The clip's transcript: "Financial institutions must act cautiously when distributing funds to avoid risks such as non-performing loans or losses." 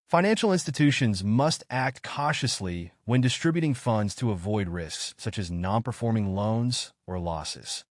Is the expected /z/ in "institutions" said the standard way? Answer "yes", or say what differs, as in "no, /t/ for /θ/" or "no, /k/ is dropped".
yes